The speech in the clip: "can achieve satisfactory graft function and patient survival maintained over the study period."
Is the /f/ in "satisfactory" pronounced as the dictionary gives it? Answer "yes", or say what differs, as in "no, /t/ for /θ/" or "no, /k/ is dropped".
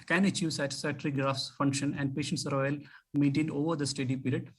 no, /f/ is dropped